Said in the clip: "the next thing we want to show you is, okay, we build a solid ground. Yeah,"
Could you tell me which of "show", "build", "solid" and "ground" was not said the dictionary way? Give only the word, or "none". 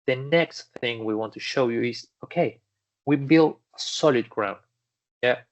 none